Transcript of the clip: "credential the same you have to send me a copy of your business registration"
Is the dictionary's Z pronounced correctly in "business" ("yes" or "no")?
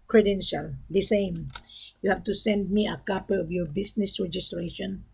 no